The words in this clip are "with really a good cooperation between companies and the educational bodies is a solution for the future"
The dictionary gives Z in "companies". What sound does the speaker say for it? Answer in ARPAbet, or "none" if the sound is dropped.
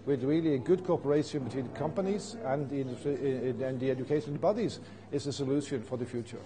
Z